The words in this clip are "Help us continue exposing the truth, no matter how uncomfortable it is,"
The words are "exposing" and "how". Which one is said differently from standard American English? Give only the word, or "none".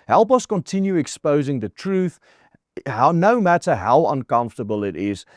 none